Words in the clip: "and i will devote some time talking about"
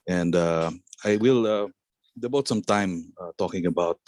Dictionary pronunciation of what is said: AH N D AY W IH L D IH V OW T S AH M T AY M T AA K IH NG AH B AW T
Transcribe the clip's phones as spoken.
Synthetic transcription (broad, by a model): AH N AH AY W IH L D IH B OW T S AH M T AY M T AA K IH NG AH B AW T